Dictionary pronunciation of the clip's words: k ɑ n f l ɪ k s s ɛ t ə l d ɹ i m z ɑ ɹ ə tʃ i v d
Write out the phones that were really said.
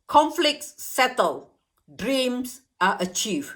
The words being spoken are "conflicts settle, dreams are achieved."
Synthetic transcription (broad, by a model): k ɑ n f l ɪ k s s ɛ t ə l d ɹ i m s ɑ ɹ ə tʃ i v